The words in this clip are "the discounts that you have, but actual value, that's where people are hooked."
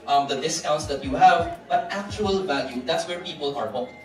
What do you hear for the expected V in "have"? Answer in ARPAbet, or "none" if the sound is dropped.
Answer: V